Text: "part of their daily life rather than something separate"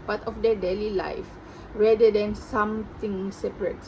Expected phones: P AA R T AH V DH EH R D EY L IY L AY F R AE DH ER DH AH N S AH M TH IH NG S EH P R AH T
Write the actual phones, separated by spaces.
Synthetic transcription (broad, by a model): P AA T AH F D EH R D EY L IY L AY F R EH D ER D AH N S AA M T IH NG S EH P R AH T